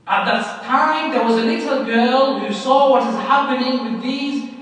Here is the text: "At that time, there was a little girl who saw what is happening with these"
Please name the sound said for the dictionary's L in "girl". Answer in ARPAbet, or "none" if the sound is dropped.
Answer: L